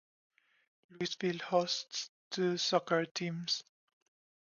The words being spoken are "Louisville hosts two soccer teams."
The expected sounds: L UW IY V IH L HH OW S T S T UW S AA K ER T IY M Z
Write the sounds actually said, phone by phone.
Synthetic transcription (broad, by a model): L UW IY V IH L HH OW S T S T UW S AA K ER T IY M S